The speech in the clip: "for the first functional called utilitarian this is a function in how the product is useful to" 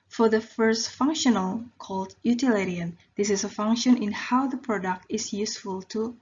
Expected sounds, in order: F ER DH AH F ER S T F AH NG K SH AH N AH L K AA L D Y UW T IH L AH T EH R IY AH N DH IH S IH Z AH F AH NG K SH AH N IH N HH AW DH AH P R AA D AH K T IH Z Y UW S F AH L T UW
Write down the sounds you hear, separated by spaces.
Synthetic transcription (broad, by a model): F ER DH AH F ER S T F AH NG K SH AH N AH L K AA L D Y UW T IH L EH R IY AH N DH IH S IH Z AH F AH NG K SH AH N IH N HH AW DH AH P R AA D AH K T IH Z Y UW S F AH L T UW